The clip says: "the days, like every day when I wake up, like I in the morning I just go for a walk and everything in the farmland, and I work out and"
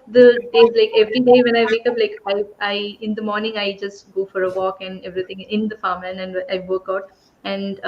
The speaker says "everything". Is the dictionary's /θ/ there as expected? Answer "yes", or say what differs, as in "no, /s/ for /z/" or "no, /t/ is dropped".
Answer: no, /t/ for /θ/